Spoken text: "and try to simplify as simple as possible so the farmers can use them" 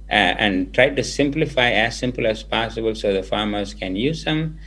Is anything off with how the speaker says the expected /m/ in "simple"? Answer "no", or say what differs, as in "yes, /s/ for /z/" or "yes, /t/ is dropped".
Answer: no